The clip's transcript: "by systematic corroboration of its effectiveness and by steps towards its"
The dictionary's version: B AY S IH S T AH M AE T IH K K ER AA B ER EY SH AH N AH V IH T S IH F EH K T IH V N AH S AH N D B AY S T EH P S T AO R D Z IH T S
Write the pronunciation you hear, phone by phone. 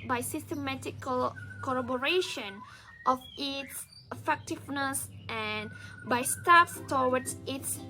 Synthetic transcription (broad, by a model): B AY S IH S T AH M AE T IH K K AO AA B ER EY SH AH N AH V IH T S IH F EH K T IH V N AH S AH N B AY S T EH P S T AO W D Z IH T S